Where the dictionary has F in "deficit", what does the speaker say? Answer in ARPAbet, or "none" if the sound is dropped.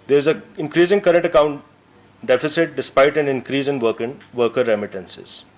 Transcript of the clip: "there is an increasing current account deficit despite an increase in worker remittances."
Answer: F